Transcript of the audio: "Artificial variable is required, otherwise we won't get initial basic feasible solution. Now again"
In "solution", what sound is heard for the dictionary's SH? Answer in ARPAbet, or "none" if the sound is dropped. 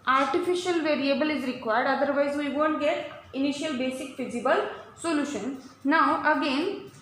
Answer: SH